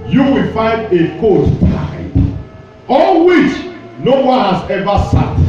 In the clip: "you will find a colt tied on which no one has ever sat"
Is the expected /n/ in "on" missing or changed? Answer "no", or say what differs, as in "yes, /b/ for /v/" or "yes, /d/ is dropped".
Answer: yes, /l/ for /n/